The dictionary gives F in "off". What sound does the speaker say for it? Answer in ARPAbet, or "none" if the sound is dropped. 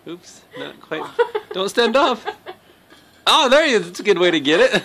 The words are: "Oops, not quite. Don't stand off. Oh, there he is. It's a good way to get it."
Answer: P